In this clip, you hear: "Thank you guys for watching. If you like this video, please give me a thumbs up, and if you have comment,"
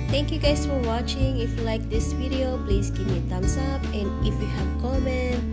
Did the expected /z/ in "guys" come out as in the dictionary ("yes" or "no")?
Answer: no